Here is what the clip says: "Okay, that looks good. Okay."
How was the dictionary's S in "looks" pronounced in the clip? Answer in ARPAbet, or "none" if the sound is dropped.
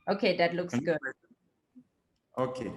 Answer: S